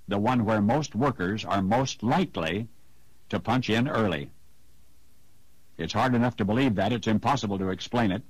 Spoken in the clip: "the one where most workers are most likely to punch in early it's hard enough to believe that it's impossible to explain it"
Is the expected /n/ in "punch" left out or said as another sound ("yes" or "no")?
no